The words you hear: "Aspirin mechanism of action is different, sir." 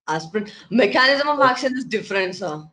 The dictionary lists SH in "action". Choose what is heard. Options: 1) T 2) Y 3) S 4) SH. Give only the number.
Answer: 3